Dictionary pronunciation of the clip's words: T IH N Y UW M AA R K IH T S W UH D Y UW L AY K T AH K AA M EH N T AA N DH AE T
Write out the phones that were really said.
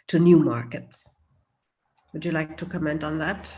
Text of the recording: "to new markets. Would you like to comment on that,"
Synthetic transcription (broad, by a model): T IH N Y UW M AA R K IH T S W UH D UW L AY K T AH K AA M EH N T N DH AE T